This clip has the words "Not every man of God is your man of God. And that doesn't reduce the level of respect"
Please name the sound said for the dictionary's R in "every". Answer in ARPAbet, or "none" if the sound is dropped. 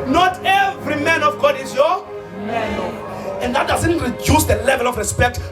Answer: R